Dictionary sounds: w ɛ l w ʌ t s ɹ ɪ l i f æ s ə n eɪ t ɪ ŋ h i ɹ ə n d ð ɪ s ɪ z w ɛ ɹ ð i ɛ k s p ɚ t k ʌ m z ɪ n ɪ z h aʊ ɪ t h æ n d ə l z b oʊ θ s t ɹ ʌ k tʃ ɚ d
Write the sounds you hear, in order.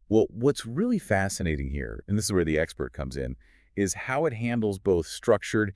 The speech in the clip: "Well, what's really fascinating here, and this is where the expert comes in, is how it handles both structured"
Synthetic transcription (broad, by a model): w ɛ l w ʌ t s ɹ ɪ l i f æ s ə n eɪ t ɪ ŋ h i ɹ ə n ð ɪ s ɪ z w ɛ ɹ ð i ɛ k s p ɚ t k ʌ m z ɪ n ɪ z h aʊ ɪ t h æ n d l z b oʊ θ s t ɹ ʌ k tʃ ɚ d